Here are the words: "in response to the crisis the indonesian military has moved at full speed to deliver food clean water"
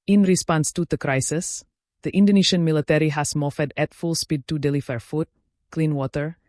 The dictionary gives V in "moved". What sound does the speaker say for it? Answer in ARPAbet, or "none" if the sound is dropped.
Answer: F